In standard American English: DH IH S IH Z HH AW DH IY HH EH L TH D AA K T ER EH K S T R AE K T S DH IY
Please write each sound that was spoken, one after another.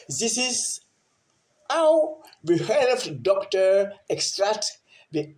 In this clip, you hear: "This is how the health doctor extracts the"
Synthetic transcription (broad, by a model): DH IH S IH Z HH AW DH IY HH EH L F D AA K T ER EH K S T R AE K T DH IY